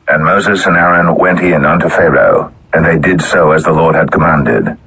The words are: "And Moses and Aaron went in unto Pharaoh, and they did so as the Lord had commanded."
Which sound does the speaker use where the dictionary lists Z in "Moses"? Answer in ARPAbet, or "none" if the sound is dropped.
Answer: Z